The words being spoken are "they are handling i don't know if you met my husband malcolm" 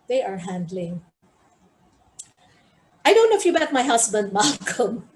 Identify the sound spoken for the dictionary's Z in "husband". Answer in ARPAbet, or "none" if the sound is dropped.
S